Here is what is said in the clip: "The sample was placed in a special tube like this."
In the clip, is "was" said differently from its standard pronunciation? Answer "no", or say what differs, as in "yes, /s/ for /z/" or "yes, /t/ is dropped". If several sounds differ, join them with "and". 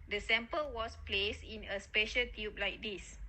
yes, /s/ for /z/